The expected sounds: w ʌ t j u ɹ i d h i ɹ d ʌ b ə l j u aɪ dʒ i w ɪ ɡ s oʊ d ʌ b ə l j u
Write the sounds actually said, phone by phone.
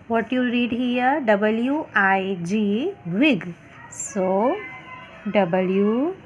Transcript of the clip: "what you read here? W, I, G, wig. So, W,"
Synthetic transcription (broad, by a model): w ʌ t j u ɹ i d h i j d ʌ b ə l j u aɪ dʒ i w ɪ ɡ s oʊ d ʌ b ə l j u